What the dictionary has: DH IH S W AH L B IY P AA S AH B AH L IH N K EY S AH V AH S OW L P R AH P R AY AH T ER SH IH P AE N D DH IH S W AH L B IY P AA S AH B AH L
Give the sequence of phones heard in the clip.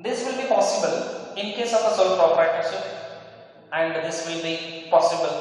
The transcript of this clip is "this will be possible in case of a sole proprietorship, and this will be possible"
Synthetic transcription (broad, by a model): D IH S W AH L B IY P AA S AH B AH L IH N K EY S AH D AH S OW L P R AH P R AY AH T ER S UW AE N D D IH S W AH L B IY P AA S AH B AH L